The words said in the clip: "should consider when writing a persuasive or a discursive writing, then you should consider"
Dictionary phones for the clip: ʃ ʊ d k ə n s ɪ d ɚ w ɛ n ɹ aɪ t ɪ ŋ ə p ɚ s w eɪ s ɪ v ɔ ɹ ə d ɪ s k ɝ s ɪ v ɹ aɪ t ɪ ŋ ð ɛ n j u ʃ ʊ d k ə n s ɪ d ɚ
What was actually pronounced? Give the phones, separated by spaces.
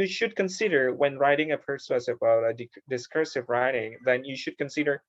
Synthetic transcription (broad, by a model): ʃ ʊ d k ə n s ɪ d ɚ w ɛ n ɹ aɪ t ɪ ŋ ə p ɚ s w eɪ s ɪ b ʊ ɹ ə d ɪ s k ɝ s ɪ v ɹ aɪ t ɪ ŋ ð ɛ n j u ʃ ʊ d k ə n s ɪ d ɚ